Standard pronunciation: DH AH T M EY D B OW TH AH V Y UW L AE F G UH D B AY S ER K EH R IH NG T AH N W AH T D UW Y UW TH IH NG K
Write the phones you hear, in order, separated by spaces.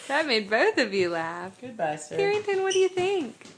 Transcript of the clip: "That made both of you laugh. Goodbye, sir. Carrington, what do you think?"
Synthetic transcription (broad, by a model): DH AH T M EY D B OW TH AH V Y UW L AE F G UH D B AY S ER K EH R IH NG T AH N W AH T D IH Y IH TH IH NG K